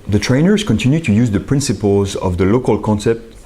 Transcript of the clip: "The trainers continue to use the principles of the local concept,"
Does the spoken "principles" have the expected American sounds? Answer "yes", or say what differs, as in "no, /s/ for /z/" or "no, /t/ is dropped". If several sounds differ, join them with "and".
yes